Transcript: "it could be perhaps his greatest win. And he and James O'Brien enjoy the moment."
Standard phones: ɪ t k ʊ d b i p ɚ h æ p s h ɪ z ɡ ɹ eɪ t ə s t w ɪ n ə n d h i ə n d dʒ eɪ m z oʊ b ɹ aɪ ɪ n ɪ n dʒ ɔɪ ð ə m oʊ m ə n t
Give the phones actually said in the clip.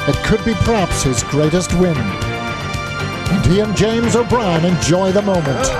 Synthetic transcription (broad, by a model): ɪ t k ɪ d b i p ɚ h æ p s h ɪ z ɡ ɹ eɪ t ə s t w ɪ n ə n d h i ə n dʒ eɪ m z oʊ b ɹ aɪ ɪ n ɪ n dʒ ɔɪ ð ə m oʊ m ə n t